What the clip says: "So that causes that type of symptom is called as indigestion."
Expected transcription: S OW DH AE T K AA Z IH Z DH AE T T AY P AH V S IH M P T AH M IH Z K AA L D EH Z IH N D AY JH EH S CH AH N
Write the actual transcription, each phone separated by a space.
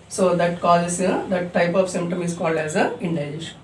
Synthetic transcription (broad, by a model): S OW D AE T K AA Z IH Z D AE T T AY P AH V S IH M P T AH M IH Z K AA L D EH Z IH N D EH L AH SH